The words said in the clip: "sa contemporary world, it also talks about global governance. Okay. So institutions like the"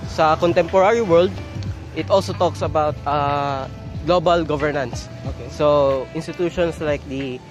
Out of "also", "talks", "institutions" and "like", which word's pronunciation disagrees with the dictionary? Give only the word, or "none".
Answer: institutions